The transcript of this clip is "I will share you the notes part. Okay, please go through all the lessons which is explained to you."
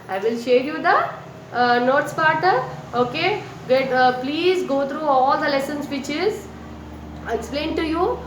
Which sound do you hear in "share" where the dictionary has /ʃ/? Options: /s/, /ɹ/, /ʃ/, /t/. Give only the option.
/ʃ/